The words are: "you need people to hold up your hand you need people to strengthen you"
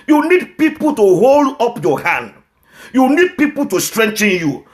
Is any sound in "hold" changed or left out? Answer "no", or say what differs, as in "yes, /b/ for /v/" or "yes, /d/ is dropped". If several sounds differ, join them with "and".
no